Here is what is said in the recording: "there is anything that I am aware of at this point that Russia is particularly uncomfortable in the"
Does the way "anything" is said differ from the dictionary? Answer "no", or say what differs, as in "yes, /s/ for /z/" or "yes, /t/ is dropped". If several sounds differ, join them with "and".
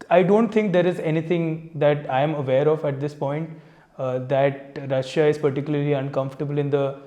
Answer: yes, /t/ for /θ/